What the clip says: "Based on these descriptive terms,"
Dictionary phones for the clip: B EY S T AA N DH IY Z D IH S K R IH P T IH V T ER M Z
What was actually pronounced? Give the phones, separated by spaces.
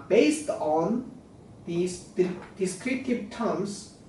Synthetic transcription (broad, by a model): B EY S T AA N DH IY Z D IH S K R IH T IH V T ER M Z